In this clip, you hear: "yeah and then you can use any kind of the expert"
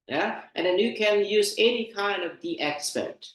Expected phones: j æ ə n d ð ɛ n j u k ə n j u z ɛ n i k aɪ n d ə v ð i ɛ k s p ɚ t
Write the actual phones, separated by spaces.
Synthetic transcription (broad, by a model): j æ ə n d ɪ n j u k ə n j u z ɛ n i k aɪ n d ə v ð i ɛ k s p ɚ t